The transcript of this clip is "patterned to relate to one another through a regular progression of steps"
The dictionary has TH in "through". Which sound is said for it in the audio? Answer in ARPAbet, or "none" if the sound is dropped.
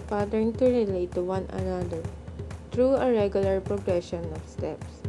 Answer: T